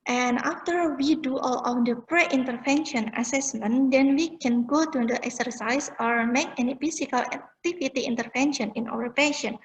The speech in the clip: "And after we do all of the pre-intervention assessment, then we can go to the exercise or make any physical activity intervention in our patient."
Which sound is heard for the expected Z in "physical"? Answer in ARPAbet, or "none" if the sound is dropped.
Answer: S